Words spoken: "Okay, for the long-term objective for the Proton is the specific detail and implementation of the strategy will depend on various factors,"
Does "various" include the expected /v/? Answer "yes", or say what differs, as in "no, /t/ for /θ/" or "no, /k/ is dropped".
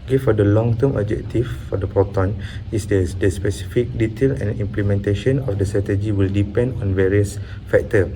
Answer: yes